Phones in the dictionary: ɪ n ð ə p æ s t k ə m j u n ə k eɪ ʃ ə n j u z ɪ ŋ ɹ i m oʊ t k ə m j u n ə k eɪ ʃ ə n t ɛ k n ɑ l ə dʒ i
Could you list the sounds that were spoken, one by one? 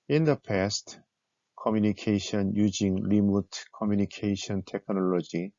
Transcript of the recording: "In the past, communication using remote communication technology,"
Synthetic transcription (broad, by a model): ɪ n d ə p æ s t k ə m j u n ə k eɪ ʃ ə n j u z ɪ ŋ l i m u t k ə m j u n ə k eɪ ʃ ə n t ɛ k n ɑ l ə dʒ i